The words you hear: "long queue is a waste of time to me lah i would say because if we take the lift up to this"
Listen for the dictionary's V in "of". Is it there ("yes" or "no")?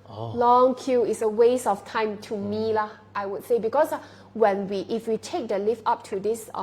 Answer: no